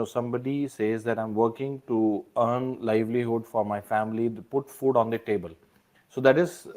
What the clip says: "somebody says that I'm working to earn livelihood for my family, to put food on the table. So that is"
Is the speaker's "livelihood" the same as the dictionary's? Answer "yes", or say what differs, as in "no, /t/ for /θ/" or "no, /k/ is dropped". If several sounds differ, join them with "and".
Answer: yes